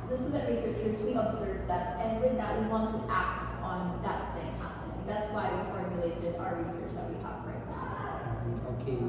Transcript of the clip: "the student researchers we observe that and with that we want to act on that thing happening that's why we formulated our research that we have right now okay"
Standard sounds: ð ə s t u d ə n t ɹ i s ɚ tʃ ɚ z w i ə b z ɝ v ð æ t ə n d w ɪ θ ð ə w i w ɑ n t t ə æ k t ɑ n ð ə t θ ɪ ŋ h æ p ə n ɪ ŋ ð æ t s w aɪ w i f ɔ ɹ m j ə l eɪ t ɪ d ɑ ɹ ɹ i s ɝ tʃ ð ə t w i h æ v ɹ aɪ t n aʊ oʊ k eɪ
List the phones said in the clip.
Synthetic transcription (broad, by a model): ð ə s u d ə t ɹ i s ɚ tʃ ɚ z w i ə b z ɝ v ð æ t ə n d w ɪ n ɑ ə w i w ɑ n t t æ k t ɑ n ð ə t θ ɪ ŋ h æ p ə n ɪ ŋ ð æ t s w aɪ w i f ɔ ɹ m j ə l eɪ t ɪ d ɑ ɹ ɹ i s ɝ tʃ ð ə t w i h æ p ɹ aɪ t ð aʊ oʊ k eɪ